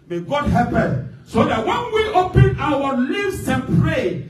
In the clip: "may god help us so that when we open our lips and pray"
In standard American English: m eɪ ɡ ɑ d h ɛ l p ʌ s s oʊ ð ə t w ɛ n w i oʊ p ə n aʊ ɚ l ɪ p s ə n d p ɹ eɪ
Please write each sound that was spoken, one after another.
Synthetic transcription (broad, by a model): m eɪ ɡ ɑ d h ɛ p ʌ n s oʊ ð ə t w ɛ n w i oʊ p ə n aʊ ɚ l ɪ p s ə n p ɹ eɪ